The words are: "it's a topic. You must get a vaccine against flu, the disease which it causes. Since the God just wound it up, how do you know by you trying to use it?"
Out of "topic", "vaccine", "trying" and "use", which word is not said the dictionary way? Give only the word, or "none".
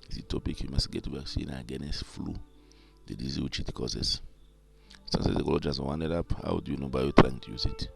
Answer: vaccine